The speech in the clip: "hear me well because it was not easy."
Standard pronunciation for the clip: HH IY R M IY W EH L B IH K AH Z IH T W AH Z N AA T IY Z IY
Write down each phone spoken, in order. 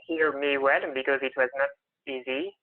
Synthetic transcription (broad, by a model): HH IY R M IY W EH N B IH K AH Z IH T W AH Z N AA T IY Z IY